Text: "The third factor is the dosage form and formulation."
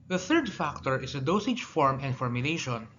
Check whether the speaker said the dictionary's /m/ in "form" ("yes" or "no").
yes